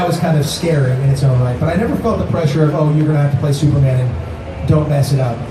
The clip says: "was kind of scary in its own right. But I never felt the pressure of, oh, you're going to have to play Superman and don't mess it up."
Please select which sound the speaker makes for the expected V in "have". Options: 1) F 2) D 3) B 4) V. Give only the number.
1